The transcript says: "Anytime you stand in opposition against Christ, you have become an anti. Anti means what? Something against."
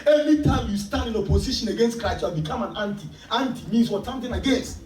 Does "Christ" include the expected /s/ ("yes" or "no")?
no